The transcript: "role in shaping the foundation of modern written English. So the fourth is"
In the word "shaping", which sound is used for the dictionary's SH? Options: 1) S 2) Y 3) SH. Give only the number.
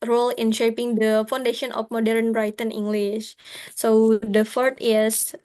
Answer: 3